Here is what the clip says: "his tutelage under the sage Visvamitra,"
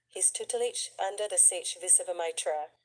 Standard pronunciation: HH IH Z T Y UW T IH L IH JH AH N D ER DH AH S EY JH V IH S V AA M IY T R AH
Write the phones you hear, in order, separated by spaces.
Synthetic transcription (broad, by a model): HH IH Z T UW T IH L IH CH AH N D ER DH AH S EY CH V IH S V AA M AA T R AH